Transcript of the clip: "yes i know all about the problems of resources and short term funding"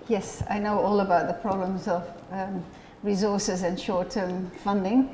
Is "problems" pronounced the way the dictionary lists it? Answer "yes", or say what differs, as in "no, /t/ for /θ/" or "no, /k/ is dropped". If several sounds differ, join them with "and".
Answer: yes